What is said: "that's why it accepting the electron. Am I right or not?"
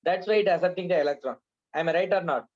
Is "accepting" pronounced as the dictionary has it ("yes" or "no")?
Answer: no